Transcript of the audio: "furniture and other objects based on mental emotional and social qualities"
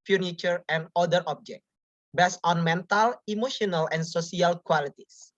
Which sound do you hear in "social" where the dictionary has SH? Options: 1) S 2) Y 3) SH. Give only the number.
1